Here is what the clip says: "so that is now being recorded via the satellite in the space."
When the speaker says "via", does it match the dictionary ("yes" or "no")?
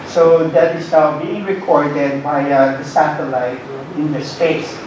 no